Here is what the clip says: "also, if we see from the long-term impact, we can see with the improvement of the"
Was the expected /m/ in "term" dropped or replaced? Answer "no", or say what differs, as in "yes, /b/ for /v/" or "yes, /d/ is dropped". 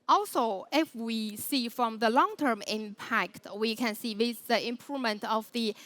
no